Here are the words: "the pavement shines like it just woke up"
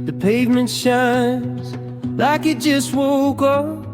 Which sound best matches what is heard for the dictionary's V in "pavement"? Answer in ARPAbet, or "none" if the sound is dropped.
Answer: V